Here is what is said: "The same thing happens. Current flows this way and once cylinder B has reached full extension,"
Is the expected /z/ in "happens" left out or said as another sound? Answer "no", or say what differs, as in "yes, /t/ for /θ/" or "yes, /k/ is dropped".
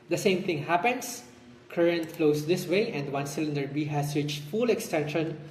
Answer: yes, /s/ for /z/